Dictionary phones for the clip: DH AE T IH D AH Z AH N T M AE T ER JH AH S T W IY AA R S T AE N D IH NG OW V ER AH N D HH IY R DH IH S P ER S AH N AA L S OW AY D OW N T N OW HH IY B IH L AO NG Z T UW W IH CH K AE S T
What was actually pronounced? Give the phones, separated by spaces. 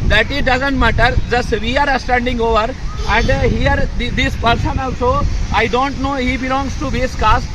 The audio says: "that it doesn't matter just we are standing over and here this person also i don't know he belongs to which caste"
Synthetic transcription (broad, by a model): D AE T IH D AH Z AH N T M AE T ER JH AH S T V IY AA R S T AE N D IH NG OW V ER AH N D HH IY R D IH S P ER S AH N AA L S OW AY D OW N T N OW HH IY B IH L AO NG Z T UW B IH S K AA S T